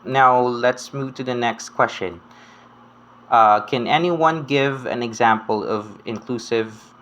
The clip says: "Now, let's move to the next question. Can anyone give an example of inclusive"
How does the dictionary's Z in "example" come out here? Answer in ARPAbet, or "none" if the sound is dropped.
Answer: Z